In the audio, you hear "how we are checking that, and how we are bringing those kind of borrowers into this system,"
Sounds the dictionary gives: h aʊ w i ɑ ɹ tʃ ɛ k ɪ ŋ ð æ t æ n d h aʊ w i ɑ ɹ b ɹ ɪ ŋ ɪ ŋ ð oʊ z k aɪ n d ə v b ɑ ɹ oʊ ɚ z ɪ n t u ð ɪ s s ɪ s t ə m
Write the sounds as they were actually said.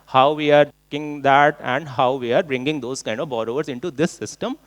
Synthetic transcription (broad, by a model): h aʊ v i ɑ ɹ k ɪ ŋ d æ t æ n d h aʊ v i ɑ ɹ b ɹ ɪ ŋ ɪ ŋ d oʊ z k aɪ n d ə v b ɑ ɹ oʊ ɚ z ɪ n t u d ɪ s s ɪ s t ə m